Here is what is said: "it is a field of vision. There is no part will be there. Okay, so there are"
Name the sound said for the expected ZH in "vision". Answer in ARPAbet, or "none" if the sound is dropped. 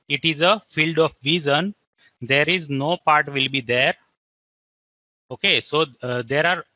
Z